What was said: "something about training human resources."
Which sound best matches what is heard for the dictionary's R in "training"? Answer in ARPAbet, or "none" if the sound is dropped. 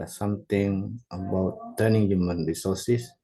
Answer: none